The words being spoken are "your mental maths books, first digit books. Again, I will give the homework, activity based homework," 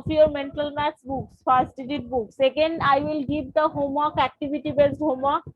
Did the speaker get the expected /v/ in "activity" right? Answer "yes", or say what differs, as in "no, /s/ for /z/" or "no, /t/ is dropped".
no, /b/ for /v/